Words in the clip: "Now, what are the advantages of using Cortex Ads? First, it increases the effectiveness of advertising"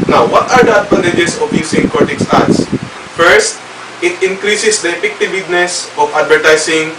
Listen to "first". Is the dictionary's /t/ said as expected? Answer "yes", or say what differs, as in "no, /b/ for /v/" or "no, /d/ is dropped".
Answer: yes